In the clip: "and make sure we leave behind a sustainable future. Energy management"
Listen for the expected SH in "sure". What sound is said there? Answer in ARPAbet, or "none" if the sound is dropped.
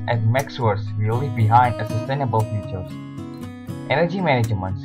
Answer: S